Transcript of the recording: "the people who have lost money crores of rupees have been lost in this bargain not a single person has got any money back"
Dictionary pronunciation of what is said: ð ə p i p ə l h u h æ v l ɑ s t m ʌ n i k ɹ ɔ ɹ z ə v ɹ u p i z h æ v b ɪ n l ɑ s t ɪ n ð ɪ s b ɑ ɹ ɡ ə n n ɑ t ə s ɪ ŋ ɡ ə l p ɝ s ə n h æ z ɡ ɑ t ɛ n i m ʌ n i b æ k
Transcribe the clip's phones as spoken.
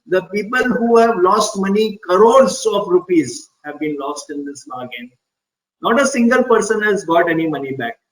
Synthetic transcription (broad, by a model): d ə p i p ə l h u h æ v l ɑ s t m ʌ n i k ɹ ɔ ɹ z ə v ɹ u p i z h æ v b ɪ n l ɑ s t ɪ n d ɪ s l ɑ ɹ ɡ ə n n ɑ t ə s ɪ ŋ ɡ ə l p ɝ s ə n h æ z ɡ ɑ t ɛ n i m ʌ n i b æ k